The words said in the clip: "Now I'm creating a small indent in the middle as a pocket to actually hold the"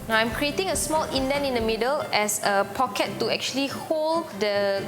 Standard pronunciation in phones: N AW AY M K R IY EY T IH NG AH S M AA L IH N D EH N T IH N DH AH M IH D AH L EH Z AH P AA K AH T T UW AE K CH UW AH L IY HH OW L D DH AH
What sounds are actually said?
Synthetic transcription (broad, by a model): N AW AY M K R IY EY T IH NG AH S M AA L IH N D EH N IH N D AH M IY D AH L EH S AH P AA K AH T T UW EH K CH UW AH L IY HH OW L D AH